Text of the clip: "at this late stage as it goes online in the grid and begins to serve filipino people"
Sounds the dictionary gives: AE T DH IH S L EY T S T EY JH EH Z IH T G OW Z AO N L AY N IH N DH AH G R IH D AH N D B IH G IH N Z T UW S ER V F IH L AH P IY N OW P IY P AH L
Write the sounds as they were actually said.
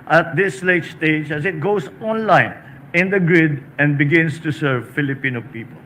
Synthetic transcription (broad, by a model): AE T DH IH S L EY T S T EY JH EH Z IH T G OW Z AO N L AY N IH N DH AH G R IH D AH N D B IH G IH N S T UW S ER V F IH L AH P IY N OW P IY P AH L